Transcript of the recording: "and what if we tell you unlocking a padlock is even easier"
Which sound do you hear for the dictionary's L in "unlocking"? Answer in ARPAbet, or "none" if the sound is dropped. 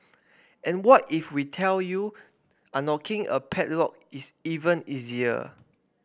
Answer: none